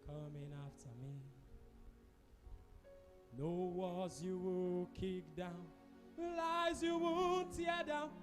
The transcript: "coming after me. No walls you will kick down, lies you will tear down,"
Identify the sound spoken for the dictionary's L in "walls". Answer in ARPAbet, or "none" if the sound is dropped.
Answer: none